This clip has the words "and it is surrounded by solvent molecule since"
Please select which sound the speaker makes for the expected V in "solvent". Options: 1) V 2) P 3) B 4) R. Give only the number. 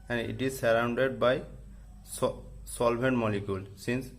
3